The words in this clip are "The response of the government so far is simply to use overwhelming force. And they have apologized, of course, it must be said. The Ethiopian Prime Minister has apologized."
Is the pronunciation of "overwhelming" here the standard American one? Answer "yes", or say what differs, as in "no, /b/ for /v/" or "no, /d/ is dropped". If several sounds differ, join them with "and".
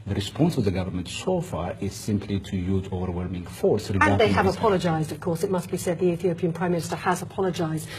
yes